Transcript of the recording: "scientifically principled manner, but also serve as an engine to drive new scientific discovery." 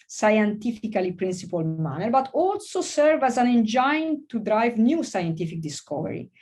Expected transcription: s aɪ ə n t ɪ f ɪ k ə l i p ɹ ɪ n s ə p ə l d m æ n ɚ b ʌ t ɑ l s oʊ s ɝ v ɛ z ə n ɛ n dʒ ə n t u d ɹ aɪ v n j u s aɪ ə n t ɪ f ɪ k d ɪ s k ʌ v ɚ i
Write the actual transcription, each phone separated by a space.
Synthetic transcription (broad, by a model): s aɪ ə n t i f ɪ k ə l i p ɹ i n s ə p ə l m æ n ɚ b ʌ t ɑ l s oʊ s ɝ v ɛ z ə n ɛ n dʒ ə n t u d ɹ aɪ v n j u s aɪ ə n t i f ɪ k d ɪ s k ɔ v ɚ i